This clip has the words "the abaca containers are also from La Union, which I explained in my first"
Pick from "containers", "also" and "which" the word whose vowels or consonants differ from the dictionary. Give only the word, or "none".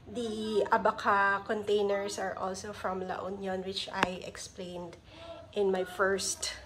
containers